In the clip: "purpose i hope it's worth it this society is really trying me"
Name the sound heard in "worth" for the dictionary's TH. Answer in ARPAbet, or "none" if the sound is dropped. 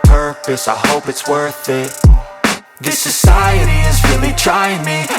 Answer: TH